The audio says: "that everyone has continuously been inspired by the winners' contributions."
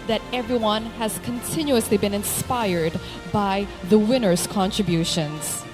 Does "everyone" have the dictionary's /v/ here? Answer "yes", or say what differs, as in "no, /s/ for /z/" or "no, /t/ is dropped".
yes